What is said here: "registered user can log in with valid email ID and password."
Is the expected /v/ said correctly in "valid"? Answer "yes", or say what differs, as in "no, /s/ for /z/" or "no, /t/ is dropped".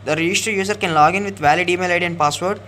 yes